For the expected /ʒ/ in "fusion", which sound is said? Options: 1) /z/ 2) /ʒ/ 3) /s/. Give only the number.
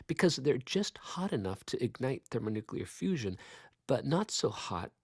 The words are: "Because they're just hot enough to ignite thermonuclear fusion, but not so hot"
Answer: 2